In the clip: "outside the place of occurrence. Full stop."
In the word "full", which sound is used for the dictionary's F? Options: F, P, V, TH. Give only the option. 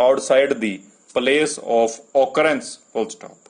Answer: P